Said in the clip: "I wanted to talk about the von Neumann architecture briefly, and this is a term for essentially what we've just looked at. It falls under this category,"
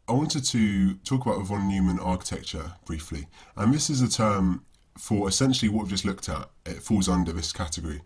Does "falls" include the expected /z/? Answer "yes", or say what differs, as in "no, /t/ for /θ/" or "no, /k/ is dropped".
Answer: yes